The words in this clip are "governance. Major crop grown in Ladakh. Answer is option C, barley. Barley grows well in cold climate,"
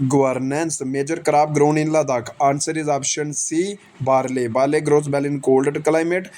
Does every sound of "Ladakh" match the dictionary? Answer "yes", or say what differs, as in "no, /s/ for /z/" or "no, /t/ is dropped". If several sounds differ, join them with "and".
yes